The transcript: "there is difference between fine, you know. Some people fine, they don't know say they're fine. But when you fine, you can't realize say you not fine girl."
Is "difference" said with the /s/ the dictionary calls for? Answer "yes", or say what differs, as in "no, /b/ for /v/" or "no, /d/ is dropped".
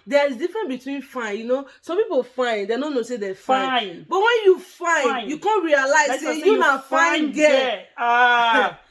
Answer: no, /s/ is dropped